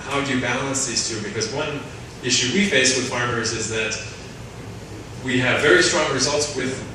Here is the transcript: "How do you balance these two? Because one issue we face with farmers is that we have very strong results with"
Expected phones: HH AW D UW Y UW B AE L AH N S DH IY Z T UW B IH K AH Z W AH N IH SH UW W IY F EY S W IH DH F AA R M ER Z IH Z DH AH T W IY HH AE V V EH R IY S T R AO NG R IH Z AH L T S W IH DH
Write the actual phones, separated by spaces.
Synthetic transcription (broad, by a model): HH AW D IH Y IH B AE L AH N S DH IY Z T UW B IH K AH Z W AH N IH SH UW W IY F EY S W IH DH F AA R M ER Z IH Z DH AH T W IY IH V V EH R IY S T R AO NG R IH Z AH L T S W IH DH